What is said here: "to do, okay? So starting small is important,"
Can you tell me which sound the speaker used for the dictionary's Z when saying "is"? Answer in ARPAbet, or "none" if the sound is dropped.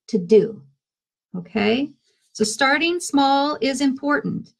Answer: Z